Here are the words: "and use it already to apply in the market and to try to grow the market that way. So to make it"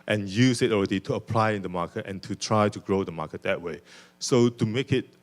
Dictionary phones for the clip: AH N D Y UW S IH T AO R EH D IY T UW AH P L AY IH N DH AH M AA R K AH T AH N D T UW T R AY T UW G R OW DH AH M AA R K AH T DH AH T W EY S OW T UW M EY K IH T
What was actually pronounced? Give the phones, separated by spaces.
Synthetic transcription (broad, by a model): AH N Y UW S IH T AO R EH D IY T UW AH P L AY IH N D AH M AA K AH T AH N T UW T R AY T UW G R OW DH AH M AA K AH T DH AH T W EY S OW T UW M EY K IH T